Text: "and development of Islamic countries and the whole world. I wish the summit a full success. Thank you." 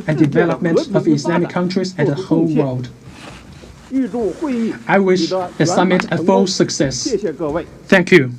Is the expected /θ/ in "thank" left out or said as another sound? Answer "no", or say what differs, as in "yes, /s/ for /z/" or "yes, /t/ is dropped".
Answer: no